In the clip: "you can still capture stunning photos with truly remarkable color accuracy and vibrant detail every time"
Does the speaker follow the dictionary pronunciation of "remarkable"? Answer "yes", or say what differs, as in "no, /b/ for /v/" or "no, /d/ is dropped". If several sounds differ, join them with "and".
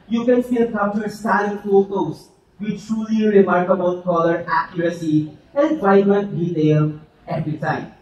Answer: no, /n/ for /l/